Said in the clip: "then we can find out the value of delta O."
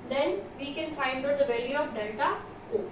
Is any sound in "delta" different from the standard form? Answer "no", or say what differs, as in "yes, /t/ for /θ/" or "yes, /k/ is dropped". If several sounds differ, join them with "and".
yes, /l/ is dropped